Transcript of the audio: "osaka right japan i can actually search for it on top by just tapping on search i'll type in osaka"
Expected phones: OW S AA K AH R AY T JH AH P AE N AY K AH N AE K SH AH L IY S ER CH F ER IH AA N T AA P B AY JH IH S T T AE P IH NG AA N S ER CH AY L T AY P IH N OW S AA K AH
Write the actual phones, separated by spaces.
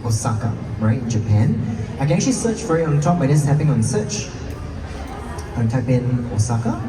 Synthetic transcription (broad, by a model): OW S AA K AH R AY T JH AH P AE N AY K AH N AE K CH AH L IY S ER CH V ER IH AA N T AA P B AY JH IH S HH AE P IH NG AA N S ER CH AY N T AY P IH N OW S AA K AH